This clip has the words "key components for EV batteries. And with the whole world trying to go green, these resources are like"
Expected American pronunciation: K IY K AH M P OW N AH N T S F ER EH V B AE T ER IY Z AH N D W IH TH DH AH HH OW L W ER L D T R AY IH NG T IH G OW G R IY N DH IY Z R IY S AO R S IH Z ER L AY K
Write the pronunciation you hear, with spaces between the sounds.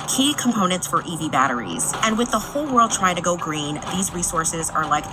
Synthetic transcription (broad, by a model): K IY K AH M P OW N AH N T S F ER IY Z B AE T ER IY Z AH N W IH DH AH HH OW L W ER L D T R AY IH NG T IH G OW G R IY N DH IY Z R IY S AO R S IH Z ER L AY K